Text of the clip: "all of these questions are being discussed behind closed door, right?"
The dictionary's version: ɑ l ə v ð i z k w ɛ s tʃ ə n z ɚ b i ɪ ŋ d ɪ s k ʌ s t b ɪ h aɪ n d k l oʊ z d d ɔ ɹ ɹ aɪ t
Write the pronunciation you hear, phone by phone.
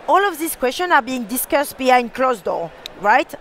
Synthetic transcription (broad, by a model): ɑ l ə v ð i s k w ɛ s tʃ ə n ɑ b i ɪ ŋ d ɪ s k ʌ s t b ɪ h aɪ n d k l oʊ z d d ɔ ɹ ɹ aɪ t